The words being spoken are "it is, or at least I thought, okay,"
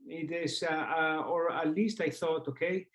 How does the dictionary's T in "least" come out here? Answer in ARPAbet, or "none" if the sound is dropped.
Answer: T